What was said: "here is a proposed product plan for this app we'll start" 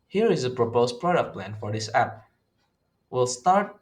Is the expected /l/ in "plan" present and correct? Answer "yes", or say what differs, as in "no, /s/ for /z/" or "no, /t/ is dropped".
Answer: yes